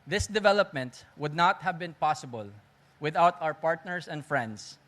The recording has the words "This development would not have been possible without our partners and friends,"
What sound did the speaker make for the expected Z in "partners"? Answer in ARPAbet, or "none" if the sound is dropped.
S